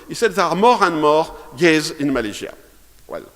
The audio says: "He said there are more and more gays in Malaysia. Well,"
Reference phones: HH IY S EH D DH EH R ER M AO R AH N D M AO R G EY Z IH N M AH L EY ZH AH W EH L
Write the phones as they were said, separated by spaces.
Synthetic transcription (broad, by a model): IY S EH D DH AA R M AO R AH N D M AO R G EY Z IH N M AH L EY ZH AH W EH L